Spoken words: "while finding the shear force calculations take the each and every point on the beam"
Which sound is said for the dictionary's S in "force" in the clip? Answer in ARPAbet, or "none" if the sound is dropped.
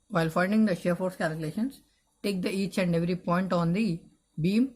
S